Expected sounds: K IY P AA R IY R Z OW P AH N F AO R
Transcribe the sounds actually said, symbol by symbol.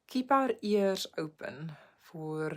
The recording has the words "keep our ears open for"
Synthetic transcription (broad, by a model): K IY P AA R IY R S OW P AH N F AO R